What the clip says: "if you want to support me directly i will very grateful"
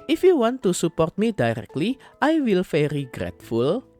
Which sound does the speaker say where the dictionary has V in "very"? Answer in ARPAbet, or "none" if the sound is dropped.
F